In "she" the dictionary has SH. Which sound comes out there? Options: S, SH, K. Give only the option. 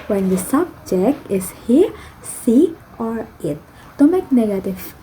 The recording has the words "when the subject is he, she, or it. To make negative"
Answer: S